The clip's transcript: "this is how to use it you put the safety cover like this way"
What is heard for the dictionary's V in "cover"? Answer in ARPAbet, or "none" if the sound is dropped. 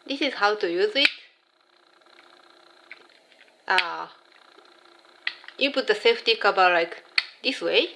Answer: B